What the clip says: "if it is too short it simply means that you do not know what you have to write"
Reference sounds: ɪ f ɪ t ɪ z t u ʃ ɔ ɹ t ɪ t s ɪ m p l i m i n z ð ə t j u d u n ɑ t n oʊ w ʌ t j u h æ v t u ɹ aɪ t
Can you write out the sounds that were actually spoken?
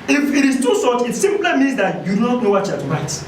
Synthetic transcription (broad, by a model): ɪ f ɪ t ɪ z t u s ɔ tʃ ɪ t s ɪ m p l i m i n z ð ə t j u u n ɑ t n oʊ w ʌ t j u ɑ t u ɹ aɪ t